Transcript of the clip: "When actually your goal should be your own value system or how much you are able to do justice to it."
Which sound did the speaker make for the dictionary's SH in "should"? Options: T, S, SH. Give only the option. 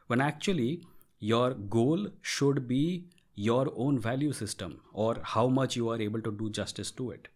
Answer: SH